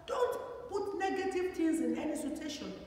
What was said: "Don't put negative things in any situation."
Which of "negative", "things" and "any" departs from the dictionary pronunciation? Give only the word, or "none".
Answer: things